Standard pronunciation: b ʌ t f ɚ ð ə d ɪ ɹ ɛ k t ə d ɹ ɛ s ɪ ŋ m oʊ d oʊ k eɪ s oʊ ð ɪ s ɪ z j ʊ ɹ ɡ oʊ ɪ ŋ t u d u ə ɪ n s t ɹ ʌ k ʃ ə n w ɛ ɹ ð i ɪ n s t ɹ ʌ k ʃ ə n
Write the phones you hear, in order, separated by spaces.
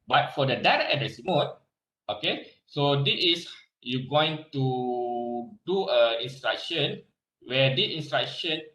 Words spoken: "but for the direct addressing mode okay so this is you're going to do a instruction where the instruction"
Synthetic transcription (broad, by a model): b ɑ t f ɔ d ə d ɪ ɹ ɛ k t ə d ɛ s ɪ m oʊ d oʊ k eɪ s oʊ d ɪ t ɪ s j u ɡ oʊ ɪ ŋ t u d u ə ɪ n s t ɹ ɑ k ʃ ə n w ɛ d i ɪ n s t ɹ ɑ k ʃ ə n